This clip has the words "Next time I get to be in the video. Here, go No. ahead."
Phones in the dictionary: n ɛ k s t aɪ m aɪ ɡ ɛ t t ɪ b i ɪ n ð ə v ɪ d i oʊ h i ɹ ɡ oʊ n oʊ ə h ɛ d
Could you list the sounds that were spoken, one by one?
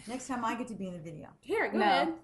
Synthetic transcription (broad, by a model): n ɛ k s t aɪ m aɪ ɡ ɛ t t ɪ b i ɪ n ð ə v ɪ d i oʊ h i ɹ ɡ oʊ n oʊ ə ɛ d